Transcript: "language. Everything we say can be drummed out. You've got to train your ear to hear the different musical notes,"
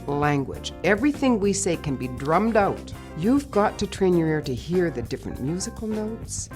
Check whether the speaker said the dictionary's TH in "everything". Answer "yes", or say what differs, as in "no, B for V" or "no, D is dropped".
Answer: yes